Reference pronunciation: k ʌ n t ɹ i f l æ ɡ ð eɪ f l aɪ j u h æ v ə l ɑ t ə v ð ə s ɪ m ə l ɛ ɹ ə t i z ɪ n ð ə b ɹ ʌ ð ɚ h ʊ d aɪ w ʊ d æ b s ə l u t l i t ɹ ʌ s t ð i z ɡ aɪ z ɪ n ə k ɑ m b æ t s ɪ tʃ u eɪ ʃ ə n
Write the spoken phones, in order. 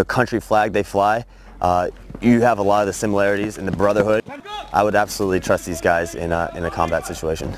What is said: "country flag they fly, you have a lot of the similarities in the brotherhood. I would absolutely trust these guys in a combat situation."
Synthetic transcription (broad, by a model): k ʌ n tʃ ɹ i f l æ ɡ ð eɪ f l aɪ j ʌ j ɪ v ə l ɑ t ə v ð ə s ɪ m ə l ɛ ɹ ə t i z ɪ n ð ə b ɹ ʌ ð ɚ h ʊ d aɪ w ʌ d æ b s ə l u t l i t ɹ ʌ s t ð i z ɡ aɪ z ɪ n ə k ɑ m b æ t s ɪ tʃ u eɪ ʃ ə n